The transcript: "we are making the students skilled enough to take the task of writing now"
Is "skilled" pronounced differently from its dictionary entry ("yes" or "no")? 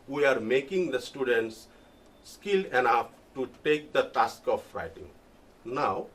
yes